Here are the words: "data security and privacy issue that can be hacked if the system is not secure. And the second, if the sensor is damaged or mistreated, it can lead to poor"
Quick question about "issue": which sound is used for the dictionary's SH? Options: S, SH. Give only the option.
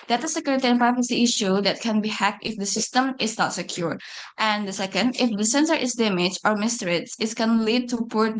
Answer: SH